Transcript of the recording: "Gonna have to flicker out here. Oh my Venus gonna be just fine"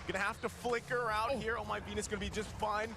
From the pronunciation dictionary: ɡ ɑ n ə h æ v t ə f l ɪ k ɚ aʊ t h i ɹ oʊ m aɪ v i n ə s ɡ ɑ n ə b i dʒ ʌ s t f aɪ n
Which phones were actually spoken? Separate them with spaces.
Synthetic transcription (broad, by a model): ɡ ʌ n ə h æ f t ə f l ɪ k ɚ aʊ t h i ɹ oʊ m aɪ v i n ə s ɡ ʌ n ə b i dʒ ʌ s t f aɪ n